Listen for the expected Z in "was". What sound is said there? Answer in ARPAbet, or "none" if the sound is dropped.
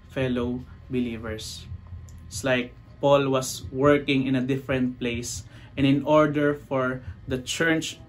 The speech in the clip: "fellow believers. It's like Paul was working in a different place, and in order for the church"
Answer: S